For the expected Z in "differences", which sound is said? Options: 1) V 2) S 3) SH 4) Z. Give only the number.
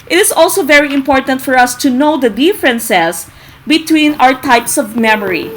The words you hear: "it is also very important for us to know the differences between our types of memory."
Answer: 2